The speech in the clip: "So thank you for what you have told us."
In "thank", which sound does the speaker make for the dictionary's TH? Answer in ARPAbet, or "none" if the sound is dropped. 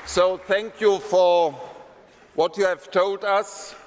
TH